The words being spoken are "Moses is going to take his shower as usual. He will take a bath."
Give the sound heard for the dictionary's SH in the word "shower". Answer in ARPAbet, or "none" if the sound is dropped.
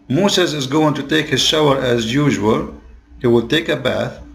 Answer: SH